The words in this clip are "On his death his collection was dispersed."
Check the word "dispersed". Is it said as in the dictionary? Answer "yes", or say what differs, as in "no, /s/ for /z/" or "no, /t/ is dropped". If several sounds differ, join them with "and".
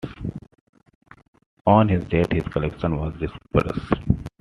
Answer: no, /t/ is dropped